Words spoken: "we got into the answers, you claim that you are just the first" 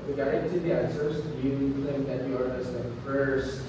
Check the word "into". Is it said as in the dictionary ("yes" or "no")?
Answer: no